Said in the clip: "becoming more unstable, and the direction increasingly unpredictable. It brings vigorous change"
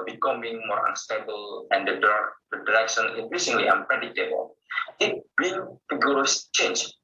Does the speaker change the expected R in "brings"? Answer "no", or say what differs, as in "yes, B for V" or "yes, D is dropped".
yes, R is dropped